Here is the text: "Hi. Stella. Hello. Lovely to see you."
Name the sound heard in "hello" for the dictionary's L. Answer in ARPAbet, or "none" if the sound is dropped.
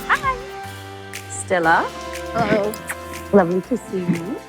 none